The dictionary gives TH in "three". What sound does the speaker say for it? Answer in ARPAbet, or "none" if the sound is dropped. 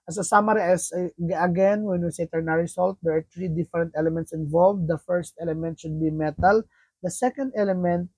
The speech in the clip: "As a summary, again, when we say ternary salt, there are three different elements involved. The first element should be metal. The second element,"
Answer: T